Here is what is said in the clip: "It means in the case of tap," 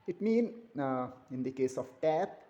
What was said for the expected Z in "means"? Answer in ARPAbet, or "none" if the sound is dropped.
none